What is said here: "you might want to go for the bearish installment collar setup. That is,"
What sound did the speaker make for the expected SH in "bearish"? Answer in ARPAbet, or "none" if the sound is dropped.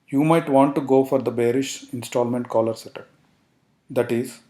SH